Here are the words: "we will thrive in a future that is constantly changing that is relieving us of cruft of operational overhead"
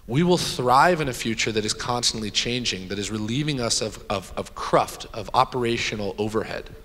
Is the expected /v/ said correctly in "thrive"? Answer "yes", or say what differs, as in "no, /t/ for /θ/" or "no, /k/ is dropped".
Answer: yes